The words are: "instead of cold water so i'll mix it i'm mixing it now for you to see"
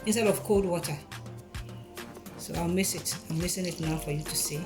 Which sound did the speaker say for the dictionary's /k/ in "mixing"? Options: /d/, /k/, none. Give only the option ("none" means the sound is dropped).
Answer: none